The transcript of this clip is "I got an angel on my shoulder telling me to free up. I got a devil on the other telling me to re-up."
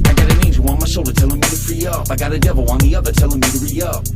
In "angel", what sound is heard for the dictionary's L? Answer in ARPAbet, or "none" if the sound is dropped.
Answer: W